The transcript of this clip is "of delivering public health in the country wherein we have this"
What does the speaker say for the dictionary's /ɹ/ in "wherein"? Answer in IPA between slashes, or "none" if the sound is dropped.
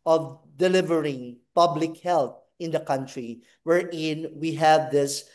/ɹ/